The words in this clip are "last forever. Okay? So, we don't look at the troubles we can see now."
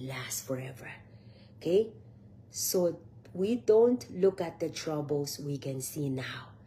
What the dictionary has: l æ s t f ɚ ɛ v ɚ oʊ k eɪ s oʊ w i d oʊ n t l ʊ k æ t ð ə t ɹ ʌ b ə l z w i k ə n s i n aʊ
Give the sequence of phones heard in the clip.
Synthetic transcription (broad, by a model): l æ s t f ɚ ɛ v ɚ oʊ k eɪ s oʊ w i d oʊ n t l ʊ k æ t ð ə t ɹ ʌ b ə l s w i k ə n s i n aʊ